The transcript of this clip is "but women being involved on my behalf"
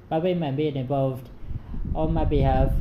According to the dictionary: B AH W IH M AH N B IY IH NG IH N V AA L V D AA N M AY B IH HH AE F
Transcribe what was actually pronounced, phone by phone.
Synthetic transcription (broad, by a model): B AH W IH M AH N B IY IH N IH N V AA L V D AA L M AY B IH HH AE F